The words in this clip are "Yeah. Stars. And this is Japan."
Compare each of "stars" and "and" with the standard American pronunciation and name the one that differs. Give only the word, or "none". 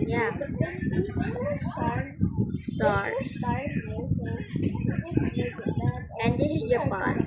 stars